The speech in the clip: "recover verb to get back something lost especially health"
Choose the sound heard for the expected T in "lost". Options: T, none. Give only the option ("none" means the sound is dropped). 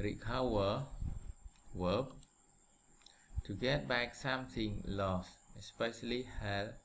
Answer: none